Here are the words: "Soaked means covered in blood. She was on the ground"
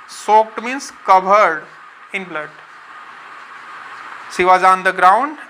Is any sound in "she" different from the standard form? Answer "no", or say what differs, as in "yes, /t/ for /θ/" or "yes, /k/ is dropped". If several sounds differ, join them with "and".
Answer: yes, /s/ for /ʃ/